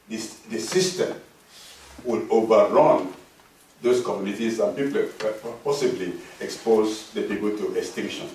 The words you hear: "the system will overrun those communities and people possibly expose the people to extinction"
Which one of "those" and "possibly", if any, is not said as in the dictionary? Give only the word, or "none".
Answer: those